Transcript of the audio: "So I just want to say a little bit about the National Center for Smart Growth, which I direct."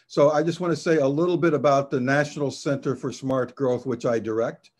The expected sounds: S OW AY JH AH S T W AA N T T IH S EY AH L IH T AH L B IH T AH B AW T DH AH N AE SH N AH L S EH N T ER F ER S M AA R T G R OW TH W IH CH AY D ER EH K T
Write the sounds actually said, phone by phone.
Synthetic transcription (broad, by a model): S OW AY JH AH S T W AA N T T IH S EY AH L IH T L B IH T AH B AW T DH AH N AE SH N L S EH N T ER F ER S M AA R T G R OW TH W IH CH AY D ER EH K T